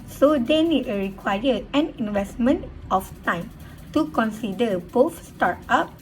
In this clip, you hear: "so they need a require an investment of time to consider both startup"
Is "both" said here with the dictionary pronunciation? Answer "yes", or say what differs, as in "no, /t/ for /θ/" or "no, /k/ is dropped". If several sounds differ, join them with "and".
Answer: no, /f/ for /θ/